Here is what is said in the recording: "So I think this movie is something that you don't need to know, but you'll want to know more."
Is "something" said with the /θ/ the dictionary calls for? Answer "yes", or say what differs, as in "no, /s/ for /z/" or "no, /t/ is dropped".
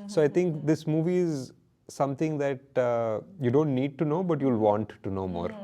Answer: no, /t/ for /θ/